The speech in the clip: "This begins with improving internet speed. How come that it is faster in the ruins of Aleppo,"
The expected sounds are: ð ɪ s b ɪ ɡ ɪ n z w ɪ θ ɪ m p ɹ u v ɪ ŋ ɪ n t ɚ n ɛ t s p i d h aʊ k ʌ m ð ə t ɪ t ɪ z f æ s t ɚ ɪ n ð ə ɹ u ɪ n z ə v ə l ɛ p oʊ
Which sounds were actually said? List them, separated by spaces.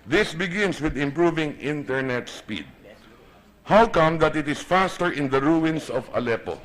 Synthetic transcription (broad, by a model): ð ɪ s b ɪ ɡ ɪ n s w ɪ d ɪ m p ɹ u v ɪ ŋ ɪ n t ɚ n ɛ t s p i d h aʊ k ʌ m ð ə t ɪ t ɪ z f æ s t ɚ ɪ n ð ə ɹ u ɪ n s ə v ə l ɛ p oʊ